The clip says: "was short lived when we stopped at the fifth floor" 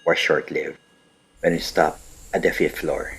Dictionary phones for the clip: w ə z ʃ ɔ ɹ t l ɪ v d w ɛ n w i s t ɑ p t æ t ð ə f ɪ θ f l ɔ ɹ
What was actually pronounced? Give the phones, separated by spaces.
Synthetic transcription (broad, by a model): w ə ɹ ʃ ɔ ɹ t l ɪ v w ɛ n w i s t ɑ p æ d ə f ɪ t f l ɔ ɹ